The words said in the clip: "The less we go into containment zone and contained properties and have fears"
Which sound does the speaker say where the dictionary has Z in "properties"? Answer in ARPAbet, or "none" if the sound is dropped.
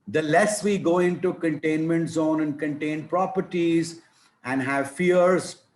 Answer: Z